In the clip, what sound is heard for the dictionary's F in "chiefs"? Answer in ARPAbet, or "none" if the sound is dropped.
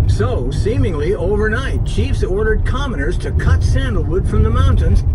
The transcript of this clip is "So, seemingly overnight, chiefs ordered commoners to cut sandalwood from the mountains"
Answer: F